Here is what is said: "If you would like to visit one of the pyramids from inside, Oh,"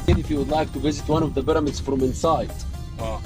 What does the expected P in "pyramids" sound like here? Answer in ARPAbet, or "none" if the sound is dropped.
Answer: B